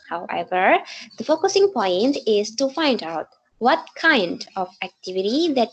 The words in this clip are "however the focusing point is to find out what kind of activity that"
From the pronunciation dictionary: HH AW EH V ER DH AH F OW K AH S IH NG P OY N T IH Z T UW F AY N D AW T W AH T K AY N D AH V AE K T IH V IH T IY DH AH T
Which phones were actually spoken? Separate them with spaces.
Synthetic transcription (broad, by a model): HH AW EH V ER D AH F OW K AH S IH NG P OY N T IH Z T UW F AY N D AW T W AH T K AY N D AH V AE K T IH V IH T IY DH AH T